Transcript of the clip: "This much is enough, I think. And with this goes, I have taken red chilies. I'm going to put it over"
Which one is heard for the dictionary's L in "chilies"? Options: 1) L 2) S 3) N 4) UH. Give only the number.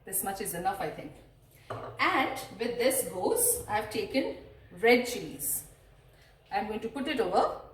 3